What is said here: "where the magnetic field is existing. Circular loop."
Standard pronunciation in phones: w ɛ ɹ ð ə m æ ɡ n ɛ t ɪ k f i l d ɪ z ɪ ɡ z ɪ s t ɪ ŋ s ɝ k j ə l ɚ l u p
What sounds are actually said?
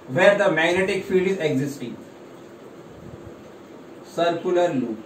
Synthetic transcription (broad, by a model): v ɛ ɹ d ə m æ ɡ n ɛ t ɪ k f i l d ɪ z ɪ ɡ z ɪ s t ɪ ŋ s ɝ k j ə l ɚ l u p